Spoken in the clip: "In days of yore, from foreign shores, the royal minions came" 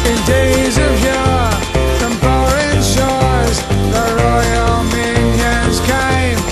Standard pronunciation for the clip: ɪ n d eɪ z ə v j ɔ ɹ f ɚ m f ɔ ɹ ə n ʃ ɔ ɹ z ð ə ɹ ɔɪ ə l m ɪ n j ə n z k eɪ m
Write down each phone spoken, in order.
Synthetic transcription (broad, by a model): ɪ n d eɪ z ə v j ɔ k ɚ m p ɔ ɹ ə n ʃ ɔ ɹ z ð ə ɹ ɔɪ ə l m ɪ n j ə n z k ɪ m